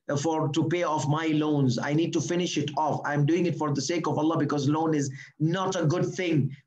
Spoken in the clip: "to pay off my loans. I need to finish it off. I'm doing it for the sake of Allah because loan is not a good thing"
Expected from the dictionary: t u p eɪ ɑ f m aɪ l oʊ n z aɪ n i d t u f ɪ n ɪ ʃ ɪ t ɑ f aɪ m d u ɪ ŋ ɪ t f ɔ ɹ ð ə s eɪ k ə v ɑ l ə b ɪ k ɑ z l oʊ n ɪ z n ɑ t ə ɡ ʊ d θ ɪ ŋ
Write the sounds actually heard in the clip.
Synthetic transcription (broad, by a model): t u p eɪ ɑ f m aɪ l oʊ n z aɪ n i d t u f ɪ n ɪ ʃ ɪ t ɑ f aɪ m d u ɪ ŋ ɪ t f ɔ ɹ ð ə s eɪ k ə v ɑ l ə b ɪ k ɑ z l oʊ n ɪ z n ɑ t ə ɡ ʊ d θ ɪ ŋ